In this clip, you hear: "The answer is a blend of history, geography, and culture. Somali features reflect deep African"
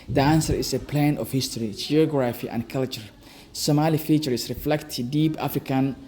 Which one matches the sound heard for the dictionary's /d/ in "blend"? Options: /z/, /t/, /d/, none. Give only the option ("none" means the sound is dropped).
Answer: none